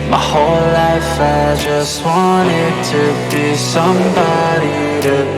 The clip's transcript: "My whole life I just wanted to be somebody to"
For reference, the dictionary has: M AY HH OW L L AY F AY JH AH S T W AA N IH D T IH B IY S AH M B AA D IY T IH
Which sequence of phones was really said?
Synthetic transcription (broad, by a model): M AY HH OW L L AY F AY JH AH S T W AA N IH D T IH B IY S AH M B AA D IY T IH